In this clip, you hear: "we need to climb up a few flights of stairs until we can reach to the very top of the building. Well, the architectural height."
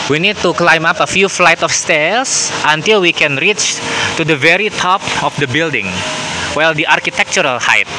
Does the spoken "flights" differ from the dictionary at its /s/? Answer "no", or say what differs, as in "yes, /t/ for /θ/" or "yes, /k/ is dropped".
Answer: yes, /s/ is dropped